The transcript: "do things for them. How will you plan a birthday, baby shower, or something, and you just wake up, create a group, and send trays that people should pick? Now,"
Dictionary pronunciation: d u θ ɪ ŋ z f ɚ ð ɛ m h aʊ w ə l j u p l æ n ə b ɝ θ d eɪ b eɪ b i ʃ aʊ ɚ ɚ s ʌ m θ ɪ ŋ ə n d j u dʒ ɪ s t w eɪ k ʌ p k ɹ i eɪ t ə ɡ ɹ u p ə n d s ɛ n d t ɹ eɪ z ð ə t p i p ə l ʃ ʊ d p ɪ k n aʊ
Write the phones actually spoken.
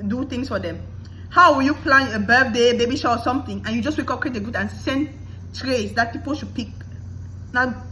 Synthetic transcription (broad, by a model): d u t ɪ ŋ s f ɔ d ɛ m h aʊ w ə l j u p l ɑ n ə b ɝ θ d eɪ b eɪ b i ʃ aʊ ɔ s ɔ m t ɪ ŋ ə n j u dʒ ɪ s w eɪ k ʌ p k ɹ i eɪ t ə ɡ u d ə n s ɛ n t ɹ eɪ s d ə t p i p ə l ʃ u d p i k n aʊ